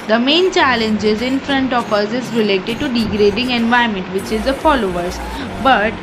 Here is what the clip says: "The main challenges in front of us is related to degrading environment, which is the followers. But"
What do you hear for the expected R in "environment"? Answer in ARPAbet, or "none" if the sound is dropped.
none